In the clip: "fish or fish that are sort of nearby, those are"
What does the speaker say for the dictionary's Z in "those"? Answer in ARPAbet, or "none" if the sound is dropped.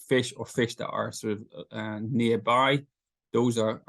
Z